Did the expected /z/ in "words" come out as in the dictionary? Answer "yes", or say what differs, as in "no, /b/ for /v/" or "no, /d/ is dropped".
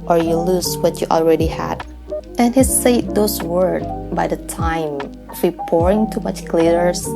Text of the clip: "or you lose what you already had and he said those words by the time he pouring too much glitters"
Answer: no, /z/ is dropped